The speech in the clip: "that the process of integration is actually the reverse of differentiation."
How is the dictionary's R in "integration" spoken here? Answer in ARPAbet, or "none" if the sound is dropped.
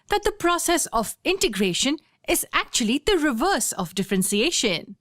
R